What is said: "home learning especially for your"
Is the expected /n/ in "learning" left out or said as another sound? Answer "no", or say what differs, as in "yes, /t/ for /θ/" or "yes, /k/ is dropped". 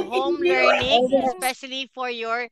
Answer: yes, /n/ is dropped